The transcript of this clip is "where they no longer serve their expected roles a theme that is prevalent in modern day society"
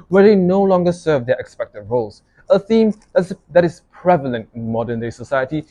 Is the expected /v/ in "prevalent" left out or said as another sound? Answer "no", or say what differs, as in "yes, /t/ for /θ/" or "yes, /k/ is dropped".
no